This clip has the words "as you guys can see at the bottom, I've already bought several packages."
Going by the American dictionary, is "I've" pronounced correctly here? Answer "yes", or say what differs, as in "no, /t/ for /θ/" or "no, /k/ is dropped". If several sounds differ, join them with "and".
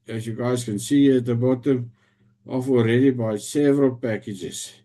no, /f/ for /v/